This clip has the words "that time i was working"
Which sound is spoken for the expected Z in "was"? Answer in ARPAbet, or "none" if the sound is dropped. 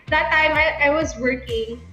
Z